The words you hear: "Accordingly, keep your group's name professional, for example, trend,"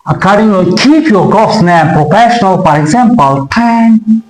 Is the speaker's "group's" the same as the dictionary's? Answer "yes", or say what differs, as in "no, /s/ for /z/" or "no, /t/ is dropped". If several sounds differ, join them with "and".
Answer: no, /ɹ/ is dropped and /p/ is dropped